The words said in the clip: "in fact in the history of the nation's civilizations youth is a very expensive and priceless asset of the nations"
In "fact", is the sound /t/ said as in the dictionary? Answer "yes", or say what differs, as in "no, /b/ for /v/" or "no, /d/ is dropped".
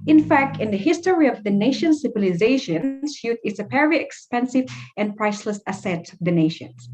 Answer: yes